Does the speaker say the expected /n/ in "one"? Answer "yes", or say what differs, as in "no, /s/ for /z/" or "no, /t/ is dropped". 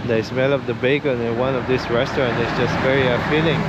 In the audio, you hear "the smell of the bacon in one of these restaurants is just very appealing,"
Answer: yes